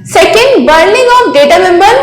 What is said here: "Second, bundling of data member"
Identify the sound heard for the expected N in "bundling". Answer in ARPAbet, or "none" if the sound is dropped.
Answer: none